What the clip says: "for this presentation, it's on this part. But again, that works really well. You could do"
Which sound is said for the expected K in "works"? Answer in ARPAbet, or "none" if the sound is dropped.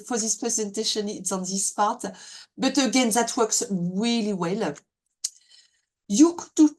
K